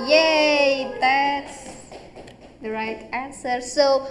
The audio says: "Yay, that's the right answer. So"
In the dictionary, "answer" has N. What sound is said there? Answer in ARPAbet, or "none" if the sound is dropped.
N